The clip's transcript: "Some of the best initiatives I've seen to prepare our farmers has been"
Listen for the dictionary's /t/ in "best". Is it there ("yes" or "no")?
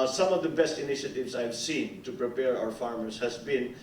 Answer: yes